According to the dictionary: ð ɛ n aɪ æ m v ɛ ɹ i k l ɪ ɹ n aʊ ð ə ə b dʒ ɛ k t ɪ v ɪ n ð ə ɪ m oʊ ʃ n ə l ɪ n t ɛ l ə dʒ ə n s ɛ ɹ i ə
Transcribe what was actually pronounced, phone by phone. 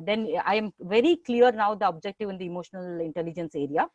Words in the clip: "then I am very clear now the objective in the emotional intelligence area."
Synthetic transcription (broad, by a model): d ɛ n aɪ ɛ m v ɛ ɹ i k l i ɹ n aʊ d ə ə b dʒ ɛ k t ɪ v ɪ n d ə ɪ m oʊ ʃ n ə l ɪ n t ɛ l ə dʒ ə n s ɛ ɹ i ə